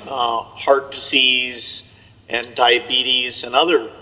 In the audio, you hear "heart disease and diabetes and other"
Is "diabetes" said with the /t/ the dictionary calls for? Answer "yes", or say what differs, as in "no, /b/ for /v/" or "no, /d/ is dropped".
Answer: yes